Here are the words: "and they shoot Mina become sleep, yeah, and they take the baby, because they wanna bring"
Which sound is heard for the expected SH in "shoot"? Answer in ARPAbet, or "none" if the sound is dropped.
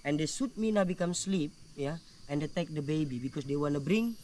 S